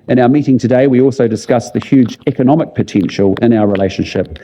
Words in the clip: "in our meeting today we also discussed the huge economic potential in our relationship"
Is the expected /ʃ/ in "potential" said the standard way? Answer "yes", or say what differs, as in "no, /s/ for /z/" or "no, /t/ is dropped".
yes